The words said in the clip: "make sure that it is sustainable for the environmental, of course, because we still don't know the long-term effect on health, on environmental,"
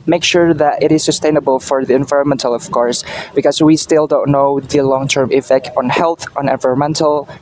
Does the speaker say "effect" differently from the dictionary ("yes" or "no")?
no